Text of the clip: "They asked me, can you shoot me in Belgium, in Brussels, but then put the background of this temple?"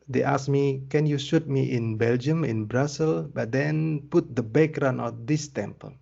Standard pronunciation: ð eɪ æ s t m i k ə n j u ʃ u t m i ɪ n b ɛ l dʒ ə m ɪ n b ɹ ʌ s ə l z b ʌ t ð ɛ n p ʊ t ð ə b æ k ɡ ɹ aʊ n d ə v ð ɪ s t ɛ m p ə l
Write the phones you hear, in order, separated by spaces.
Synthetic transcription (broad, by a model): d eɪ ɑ s m i k ə n j u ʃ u t m i ɪ n b ɛ l dʒ ə m ɪ n b ɹ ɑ s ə l b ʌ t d ɛ n p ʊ t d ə b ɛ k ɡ ɹ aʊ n ə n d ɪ s t ɛ m p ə l